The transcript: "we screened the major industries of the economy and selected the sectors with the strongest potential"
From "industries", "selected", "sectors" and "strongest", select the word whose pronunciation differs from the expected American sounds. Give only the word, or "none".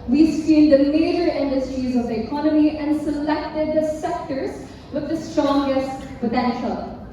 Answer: none